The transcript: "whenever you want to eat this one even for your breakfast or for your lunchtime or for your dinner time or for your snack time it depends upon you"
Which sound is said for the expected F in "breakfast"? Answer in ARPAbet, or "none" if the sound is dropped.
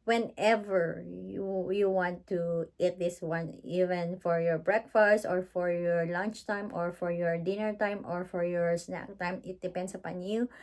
F